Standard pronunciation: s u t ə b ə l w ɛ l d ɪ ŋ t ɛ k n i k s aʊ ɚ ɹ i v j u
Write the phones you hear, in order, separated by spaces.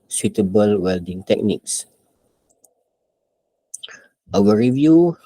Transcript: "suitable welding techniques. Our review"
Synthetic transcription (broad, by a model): s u t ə b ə l w ɛ l d ɪ ŋ t ɛ k n i k s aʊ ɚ ɹ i v j u